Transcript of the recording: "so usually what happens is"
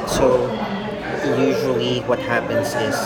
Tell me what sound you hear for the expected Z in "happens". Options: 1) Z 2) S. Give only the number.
1